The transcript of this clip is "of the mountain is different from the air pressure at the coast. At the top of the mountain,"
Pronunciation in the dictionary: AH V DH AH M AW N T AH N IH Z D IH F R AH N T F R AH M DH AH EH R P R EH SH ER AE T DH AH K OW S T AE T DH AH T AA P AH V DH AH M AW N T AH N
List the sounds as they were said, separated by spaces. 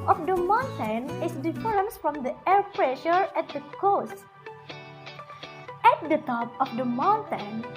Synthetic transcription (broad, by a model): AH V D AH M AW N T AH N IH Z D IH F AH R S F R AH M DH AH EH R P R EH SH ER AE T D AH K OW S T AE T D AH T AA P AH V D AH M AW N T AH N